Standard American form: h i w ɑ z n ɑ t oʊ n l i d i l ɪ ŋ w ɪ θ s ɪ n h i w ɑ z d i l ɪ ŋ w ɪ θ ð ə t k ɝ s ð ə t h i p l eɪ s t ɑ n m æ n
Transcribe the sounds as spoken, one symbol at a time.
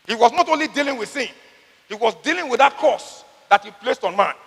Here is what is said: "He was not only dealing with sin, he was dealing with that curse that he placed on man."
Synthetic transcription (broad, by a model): h i w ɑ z n ɑ t oʊ n l i d i l ɪ ŋ w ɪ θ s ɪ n h i w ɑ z d i l ɪ ŋ w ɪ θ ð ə t k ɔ s ð ə t h i p l eɪ s t ɑ n m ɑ n